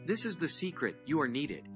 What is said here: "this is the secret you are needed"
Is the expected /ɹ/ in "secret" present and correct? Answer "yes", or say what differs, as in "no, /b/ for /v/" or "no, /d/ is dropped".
yes